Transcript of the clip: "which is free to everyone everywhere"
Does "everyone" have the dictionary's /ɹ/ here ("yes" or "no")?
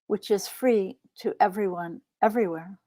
yes